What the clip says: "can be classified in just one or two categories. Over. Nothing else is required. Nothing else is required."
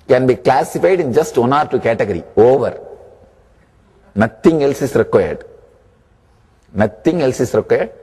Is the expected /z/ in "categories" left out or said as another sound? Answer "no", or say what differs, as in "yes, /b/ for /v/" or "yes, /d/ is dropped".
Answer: yes, /z/ is dropped